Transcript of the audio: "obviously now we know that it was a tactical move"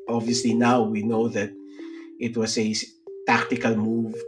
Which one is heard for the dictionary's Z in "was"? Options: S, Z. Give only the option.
S